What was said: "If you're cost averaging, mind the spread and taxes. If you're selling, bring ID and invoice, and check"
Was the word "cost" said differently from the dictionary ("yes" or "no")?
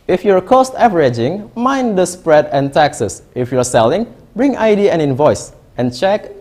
no